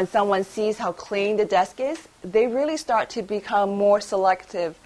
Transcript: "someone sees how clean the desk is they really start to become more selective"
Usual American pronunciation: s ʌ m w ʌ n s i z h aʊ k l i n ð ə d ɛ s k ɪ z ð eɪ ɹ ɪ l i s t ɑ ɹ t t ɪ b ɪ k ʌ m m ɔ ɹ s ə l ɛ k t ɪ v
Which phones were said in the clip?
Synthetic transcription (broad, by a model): s ʌ m w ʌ n s i z h aʊ k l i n ð ə d ɛ s k ɪ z ð eɪ ɹ ɪ l i s t ɑ ɹ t t ɪ b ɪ k ʌ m m ɔ ɹ s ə l ɛ k t ɪ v